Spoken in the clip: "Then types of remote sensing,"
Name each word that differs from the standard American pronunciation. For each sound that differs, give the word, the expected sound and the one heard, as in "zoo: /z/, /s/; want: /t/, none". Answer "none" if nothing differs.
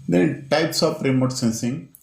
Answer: of: /v/, /p/